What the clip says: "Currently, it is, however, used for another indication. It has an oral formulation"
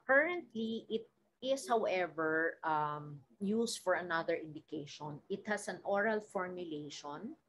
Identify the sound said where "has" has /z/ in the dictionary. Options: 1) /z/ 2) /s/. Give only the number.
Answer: 2